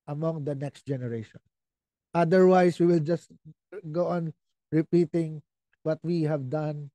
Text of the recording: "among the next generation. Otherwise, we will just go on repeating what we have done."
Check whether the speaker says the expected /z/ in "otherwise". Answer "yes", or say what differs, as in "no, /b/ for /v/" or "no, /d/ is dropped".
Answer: no, /s/ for /z/